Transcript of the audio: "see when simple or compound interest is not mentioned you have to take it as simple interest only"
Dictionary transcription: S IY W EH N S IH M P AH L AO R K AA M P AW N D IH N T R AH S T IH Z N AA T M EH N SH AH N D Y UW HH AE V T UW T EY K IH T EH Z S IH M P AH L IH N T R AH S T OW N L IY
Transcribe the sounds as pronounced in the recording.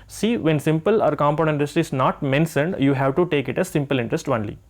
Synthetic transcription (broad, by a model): S IY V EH N S IH M P AH L AO R K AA M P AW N IH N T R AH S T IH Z N AA T M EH N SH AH N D Y UW HH AE V T UW T EY K IH T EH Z S IH M P AH L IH N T R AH S T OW N L IY